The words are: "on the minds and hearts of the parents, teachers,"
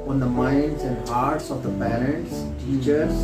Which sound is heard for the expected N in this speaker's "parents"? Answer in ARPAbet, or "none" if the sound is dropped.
none